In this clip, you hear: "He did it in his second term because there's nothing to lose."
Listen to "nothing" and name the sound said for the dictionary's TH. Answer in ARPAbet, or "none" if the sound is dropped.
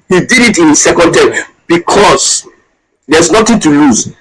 T